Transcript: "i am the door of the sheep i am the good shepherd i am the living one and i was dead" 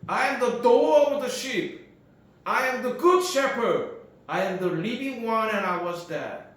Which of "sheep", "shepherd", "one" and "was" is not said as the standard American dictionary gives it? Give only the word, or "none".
none